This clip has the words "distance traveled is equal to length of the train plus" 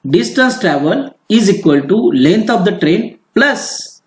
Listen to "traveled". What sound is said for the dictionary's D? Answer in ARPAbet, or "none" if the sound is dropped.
none